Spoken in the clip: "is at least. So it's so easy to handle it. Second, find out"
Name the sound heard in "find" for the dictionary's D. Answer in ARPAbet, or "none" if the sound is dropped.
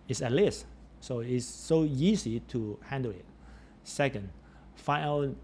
none